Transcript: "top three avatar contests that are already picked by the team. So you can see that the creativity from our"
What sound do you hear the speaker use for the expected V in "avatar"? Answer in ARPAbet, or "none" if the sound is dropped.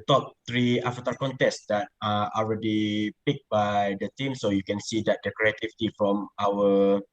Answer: F